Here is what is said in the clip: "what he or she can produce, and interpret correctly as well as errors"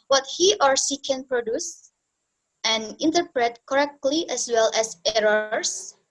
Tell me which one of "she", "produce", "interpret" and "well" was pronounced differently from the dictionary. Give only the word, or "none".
she